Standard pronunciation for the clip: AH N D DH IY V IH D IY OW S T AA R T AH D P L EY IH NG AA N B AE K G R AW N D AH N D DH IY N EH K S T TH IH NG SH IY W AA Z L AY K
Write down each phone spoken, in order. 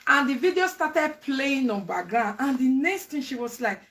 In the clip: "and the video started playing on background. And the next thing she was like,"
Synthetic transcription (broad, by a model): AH N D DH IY V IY D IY OW S T AA T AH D P L EY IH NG AA N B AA G AW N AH N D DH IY N EH K S T T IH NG SH IY W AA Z L AY K